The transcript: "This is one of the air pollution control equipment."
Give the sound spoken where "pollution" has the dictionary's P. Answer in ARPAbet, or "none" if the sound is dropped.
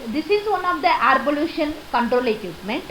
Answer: B